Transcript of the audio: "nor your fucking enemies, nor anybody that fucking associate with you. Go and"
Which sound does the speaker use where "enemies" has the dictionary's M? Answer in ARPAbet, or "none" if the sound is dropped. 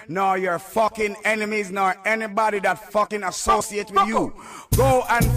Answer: M